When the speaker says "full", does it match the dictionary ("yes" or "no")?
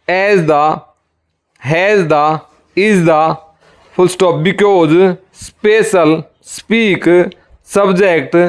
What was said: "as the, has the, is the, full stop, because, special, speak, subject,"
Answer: no